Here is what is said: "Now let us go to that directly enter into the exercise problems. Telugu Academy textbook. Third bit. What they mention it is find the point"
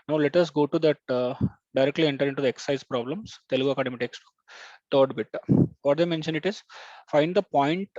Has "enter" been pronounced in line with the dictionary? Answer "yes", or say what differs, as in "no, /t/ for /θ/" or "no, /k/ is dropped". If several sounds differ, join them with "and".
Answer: yes